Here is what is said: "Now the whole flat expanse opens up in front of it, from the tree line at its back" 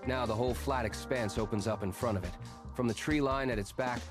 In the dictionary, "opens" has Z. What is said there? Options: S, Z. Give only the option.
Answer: Z